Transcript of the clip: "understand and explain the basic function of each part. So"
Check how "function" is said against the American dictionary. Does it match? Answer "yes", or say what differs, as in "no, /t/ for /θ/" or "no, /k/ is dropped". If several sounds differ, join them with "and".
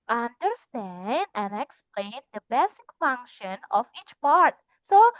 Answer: yes